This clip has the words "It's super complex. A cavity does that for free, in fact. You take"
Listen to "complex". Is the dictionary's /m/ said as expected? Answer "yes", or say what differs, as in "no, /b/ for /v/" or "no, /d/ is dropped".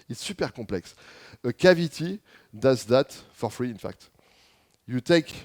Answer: no, /m/ is dropped